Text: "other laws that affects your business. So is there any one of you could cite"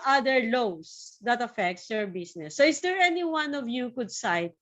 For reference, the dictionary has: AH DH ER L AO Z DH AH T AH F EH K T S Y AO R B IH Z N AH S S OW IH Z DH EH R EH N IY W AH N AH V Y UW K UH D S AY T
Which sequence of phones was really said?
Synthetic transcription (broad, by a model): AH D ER L AO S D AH T AH F EH K T S Y AO R B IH S N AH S S OW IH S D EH R EH N IY W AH N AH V Y UW K UH D S AY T